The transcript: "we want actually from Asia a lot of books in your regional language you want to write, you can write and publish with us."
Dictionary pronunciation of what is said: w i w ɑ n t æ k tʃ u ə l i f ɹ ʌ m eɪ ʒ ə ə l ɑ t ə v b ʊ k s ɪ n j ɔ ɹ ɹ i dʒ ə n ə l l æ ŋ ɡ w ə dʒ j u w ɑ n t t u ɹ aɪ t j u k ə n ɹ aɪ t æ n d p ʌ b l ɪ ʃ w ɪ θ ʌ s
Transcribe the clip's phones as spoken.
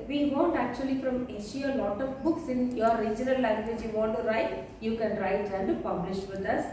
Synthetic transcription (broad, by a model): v i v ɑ n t æ k tʃ u ə l i f ɹ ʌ m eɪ ʃ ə ə l ɑ t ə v b ʊ k s ɪ n j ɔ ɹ ɹ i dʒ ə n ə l l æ ŋ ɡ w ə dʒ j u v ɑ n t t u ɹ aɪ t j u k ə n ɹ aɪ t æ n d p ʌ b l ɪ ʃ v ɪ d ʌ s